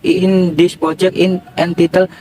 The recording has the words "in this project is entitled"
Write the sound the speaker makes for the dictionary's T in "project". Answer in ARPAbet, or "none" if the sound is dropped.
none